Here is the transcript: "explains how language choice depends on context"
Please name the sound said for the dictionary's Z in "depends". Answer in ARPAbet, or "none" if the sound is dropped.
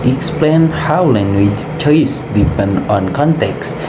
none